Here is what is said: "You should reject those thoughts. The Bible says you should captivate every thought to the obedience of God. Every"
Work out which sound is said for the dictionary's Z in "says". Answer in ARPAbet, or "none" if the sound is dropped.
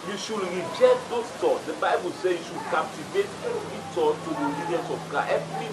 none